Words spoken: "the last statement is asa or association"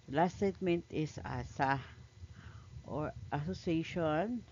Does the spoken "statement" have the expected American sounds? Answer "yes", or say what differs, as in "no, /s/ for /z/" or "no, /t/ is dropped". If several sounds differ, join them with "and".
yes